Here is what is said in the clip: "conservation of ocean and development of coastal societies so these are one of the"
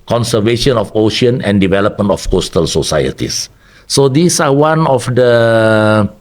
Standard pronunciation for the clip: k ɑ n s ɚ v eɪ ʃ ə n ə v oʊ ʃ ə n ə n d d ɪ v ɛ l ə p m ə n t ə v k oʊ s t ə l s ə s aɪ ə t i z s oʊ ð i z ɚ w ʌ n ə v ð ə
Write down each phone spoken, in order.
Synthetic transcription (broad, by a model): k ɑ n s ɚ v eɪ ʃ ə n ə f oʊ ʃ ə n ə n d d ɪ v ɛ l ə p m ə n t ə f k oʊ s t ə l s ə s aɪ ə t i s oʊ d i s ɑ w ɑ n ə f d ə